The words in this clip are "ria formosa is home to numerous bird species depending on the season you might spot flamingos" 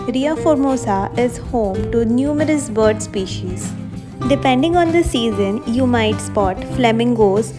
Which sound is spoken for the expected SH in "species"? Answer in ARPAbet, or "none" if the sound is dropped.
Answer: SH